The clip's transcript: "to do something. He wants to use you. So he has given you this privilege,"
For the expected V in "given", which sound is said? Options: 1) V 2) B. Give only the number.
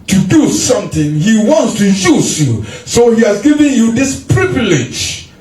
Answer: 1